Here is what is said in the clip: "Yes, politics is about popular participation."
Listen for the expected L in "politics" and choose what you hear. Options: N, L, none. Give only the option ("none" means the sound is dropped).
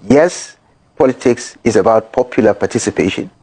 L